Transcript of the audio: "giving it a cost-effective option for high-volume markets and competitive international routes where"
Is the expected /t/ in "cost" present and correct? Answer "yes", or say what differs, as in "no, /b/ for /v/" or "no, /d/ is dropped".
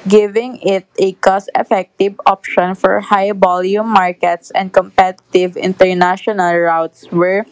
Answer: no, /t/ is dropped